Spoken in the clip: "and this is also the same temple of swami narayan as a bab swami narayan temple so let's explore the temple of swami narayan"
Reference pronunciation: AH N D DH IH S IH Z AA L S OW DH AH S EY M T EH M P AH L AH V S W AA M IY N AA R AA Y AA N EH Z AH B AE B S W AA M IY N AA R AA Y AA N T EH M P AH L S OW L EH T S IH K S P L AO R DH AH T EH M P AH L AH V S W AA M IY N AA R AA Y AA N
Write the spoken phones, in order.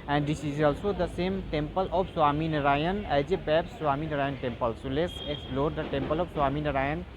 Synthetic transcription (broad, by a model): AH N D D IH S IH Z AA L S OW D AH S EY M T EH M P AH L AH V S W AA M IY N R AA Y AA N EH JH AH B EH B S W AA M IY N AA R AA Y AA N T EH M P AH L S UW L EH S IH K S P L AO R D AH T EH M P AH L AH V S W AA M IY N R AA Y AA N